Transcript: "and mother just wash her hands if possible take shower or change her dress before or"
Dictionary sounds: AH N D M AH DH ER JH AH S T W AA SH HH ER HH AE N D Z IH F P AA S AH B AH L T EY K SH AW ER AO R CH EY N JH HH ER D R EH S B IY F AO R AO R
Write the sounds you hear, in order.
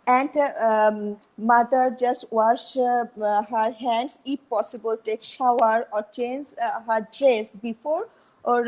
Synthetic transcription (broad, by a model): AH N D M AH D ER JH AH S T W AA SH HH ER HH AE N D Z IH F P AA S AH B AH L T EY K SH AW ER AO R CH EY N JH HH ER D R EH S B IY F AO R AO R